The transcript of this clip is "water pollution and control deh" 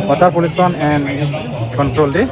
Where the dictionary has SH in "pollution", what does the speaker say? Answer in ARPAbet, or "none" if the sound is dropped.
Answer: S